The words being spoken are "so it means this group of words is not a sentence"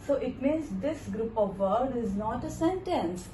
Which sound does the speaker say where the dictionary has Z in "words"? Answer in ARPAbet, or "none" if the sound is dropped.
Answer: none